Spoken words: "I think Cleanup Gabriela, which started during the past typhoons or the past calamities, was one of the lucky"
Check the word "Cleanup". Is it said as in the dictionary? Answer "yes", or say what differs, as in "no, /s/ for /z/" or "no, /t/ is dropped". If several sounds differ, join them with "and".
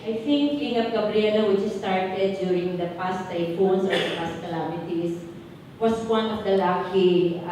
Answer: no, /l/ is dropped